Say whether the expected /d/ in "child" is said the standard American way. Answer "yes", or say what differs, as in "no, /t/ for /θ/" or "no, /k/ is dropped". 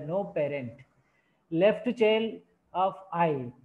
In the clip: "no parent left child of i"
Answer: no, /d/ is dropped